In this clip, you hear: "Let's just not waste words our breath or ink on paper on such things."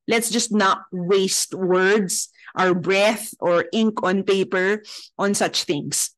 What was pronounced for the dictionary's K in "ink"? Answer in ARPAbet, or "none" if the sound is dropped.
K